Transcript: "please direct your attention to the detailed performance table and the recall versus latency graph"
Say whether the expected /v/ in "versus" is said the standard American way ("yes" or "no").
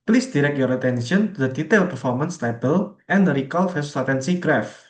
no